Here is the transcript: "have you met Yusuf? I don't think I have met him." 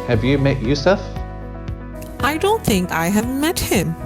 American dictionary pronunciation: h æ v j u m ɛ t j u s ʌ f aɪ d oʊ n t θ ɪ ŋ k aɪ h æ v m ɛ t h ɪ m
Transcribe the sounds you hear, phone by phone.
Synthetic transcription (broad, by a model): h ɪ v j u m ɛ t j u s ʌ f aɪ d oʊ n t θ ɪ ŋ k aɪ h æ v m ɛ t h ɪ m